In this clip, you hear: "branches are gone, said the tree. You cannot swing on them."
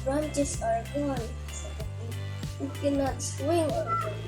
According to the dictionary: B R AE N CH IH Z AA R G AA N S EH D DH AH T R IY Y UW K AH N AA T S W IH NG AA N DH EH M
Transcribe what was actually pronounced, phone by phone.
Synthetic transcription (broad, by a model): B R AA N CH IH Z AA R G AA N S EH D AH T IY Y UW K AH N AA T S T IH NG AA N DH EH